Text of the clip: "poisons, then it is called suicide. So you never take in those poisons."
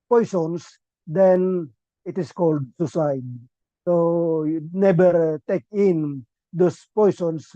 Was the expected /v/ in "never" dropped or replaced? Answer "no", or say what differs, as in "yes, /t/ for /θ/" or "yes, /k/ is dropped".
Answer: yes, /b/ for /v/